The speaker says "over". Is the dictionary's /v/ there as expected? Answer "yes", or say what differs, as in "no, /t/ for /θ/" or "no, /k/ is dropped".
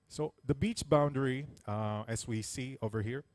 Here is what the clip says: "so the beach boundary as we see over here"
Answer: yes